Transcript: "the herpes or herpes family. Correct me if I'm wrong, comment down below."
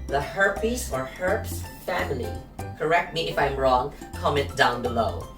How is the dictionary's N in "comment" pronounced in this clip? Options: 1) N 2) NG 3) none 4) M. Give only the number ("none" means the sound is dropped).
3